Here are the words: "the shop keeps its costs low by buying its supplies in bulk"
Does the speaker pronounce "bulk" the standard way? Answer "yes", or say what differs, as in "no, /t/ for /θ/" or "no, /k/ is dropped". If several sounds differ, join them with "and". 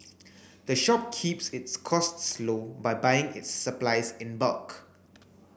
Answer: yes